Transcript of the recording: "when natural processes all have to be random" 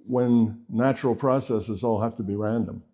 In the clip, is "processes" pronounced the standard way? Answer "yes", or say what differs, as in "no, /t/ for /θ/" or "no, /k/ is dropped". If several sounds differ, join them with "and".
yes